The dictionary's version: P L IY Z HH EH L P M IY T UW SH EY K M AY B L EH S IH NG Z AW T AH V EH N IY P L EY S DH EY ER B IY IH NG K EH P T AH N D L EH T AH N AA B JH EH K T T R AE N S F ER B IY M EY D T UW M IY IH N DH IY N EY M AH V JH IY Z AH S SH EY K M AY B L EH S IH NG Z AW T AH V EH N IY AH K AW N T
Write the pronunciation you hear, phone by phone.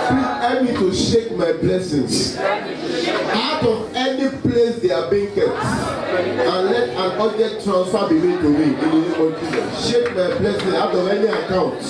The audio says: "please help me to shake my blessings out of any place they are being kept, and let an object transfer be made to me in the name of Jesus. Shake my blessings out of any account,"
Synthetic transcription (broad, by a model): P L IY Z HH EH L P M IY T UW SH EY K M AY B L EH S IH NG S AW T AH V EH N IY P L EY S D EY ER B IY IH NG K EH T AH N L EH T AH N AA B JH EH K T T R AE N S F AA B IY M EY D T UW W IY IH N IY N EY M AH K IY SH EY K M AY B L EH S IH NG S AW T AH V EH N IY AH K AW N T